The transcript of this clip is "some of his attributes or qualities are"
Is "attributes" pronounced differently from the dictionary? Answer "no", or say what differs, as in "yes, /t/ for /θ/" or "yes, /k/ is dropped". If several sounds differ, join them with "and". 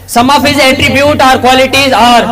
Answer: yes, /s/ is dropped